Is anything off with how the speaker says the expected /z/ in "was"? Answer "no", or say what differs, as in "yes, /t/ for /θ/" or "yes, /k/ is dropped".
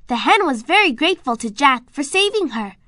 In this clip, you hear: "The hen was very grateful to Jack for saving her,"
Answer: no